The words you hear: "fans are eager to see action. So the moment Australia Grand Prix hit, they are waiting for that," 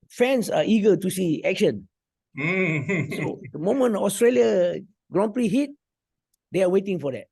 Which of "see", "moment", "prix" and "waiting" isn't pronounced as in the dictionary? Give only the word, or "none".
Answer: moment